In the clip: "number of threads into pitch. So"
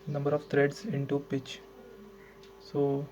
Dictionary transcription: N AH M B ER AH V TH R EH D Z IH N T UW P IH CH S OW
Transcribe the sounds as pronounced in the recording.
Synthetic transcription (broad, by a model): N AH M B ER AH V T R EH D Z IH N T UW P IH CH S OW